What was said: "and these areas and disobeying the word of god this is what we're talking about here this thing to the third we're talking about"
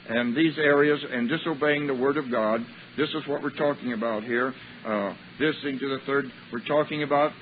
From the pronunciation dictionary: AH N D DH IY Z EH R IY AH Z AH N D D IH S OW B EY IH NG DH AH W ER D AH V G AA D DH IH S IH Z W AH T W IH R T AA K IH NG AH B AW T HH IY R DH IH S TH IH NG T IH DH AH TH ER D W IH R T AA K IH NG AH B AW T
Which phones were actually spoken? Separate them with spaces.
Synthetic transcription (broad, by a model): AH N DH IY Z EH R IY AH Z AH N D D IH S OW B EY IH NG DH AH W ER D AH V G AA D DH IH S IH Z W AH T W IH R T AA K IH NG AH B AW T HH IY R DH IH S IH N T IH DH AH TH ER D W IH R T AA K IH NG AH B AW T